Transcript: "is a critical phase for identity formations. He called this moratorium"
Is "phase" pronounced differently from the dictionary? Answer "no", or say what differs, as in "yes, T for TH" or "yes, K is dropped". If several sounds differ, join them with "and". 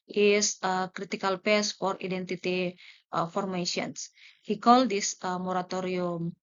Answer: yes, P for F and S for Z